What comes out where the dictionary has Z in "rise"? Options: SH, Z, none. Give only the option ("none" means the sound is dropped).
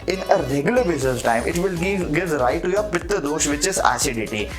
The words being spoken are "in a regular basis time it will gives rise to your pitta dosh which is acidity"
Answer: none